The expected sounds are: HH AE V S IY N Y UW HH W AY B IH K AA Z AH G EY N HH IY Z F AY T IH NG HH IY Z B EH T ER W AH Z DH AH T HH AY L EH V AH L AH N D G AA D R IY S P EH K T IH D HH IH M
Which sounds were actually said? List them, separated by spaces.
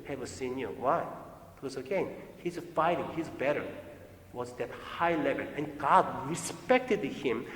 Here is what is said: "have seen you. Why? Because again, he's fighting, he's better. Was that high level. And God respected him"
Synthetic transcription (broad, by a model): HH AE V S IY N Y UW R W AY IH AA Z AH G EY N HH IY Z F AY T IH NG HH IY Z B EH T ER W AH Z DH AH T HH AY L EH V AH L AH N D G AA D R IY S P EH K T IH D HH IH M